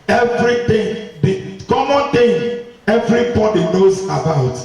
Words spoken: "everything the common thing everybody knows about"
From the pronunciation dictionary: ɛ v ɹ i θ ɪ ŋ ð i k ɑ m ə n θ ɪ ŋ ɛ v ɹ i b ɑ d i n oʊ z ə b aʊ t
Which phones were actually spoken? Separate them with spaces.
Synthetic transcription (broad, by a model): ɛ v ɹ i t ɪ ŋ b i k ɑ m ə n t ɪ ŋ ɛ v ɹ i b ɑ d i n oʊ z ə b aʊ t